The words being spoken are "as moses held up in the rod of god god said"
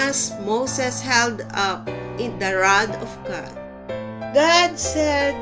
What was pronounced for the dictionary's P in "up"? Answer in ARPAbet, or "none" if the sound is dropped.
P